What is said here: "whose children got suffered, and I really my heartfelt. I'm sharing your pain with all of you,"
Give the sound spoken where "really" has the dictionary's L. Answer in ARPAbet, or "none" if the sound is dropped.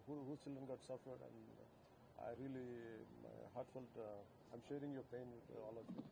none